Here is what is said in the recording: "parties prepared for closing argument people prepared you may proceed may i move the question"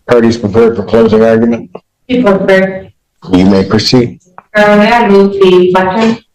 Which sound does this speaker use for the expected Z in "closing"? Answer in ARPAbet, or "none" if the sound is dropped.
Z